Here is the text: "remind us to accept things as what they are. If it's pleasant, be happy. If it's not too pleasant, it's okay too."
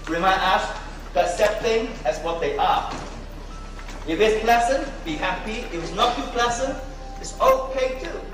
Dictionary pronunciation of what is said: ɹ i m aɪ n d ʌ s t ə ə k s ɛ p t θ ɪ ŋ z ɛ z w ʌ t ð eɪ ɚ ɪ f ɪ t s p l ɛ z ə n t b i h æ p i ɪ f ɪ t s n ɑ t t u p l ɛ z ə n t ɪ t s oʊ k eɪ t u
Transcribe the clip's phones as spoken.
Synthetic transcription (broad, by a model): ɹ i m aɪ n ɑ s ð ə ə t s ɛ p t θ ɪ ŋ ɛ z w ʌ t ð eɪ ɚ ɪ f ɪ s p l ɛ s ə n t b i h æ p i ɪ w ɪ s n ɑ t t u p l ɛ s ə n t ɪ t s oʊ k eɪ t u